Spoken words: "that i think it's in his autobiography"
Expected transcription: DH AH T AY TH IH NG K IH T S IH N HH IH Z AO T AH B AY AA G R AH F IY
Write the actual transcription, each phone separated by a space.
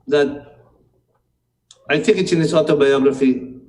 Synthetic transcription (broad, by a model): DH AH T AY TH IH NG K IH T S IH N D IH S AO T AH B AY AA G R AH F IY